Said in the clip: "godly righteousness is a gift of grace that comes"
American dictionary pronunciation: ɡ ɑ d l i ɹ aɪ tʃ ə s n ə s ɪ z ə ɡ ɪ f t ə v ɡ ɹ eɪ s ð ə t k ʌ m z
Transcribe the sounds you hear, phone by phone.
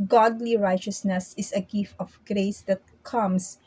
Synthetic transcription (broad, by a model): ɡ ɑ d l i ɹ aɪ tʃ ə s n ə s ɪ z ə ɡ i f ə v ɡ ɹ eɪ s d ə t k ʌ m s